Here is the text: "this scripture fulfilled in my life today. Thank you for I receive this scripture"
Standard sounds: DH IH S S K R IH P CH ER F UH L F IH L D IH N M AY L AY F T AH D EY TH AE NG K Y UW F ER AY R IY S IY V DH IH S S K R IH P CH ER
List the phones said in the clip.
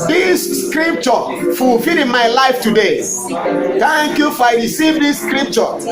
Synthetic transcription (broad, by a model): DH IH S S K R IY P CH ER F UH L F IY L IH N M AY L AY F T AH D EY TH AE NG K Y UW F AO AY R IY S IY V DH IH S S K R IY P CH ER